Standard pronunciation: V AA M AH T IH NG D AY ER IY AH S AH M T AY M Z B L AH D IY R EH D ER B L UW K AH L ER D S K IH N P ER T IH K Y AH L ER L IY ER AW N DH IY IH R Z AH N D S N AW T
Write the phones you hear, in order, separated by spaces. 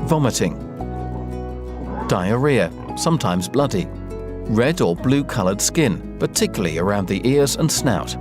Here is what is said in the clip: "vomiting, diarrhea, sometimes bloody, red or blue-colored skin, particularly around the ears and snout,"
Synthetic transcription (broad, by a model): V AA M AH T IH NG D AY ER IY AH S AH M T AY M Z B L AH D IY R EH D ER B L UW K AH L ER D S K IH N P ER T IH K Y L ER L IY ER AW N DH IY IH R Z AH N S N AW T